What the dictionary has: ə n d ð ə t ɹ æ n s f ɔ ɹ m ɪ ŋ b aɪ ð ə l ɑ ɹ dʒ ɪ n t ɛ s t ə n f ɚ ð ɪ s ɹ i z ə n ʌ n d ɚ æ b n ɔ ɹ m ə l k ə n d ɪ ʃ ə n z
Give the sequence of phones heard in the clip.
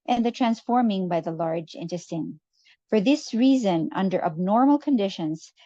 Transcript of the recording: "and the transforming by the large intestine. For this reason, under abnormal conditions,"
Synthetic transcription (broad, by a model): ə n ð ə t ɹ æ n s f ɔ ɹ m ɪ ŋ b aɪ ð ə l ɑ ɹ dʒ ɪ n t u s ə n f ɚ ð ɪ s ɹ i z ə n ʌ n d ɚ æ b n ɔ ɹ m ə l k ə n d ɪ ʃ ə n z